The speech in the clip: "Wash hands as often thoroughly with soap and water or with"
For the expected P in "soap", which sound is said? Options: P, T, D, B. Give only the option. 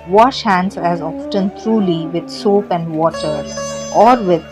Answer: P